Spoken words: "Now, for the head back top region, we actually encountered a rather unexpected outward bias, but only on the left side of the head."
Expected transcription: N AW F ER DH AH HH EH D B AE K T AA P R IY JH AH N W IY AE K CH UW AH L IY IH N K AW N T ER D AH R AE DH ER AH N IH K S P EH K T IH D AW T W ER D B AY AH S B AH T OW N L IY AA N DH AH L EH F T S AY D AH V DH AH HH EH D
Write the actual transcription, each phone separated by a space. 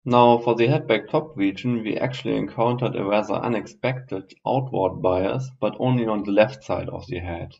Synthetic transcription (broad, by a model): N AW F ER DH AH HH EH D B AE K T AA P R IY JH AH N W IY AE K CH UW AH L IY IH N K AW N T ER D AH R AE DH ER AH N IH K S P EH K T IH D AW T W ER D B AY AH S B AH T OW N L IY AA N DH AH L EH F T S AY D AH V DH AH HH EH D